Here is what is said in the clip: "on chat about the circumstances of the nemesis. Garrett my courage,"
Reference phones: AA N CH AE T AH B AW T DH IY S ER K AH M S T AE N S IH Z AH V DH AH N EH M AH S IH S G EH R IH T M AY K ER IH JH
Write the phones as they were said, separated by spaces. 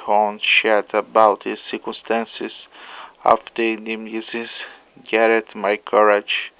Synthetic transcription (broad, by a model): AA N SH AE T AH B AW T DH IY S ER K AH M S T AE N S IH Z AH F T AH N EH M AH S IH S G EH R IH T M AY K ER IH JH